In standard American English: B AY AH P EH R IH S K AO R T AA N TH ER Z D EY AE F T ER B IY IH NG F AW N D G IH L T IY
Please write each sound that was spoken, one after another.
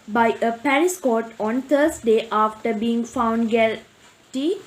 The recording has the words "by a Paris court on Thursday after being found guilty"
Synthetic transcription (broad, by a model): B AY AH P EH R IH S K AO T AA N T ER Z D EY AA F T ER B IY IH NG F AW N D G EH L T IY